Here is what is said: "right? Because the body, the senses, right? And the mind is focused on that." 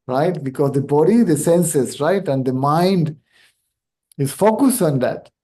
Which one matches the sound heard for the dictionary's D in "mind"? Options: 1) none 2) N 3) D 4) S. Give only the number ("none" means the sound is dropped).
3